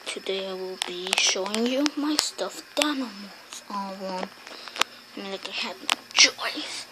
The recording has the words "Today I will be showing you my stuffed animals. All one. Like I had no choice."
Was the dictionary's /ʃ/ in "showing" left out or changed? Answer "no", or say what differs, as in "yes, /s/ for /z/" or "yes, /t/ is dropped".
no